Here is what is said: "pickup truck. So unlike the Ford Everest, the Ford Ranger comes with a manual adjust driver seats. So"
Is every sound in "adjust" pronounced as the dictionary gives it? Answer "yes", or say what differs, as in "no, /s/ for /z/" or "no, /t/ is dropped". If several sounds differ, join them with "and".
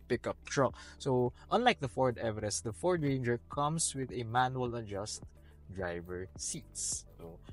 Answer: yes